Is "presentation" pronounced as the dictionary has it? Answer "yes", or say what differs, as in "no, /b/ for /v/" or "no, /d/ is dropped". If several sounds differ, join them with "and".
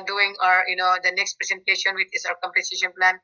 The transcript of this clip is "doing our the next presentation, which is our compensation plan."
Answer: no, /s/ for /z/